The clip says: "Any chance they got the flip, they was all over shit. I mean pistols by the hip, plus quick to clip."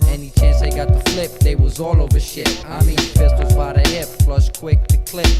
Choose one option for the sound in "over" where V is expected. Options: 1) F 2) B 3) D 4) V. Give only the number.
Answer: 4